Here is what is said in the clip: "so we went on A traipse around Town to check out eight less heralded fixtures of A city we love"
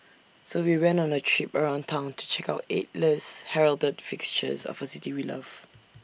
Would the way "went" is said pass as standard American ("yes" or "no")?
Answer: no